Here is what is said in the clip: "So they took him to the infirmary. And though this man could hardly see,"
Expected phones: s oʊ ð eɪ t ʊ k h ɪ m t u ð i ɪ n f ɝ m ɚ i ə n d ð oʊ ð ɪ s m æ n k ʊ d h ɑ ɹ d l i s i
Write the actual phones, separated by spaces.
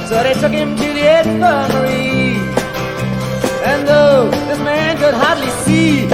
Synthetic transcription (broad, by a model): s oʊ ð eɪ t ʊ k h ɪ m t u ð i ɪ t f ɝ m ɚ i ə n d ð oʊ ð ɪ m æ n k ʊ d h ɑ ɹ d l i s i